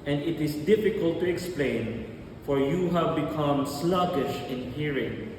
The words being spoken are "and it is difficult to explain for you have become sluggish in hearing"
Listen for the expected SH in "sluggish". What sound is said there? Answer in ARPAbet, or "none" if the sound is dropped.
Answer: SH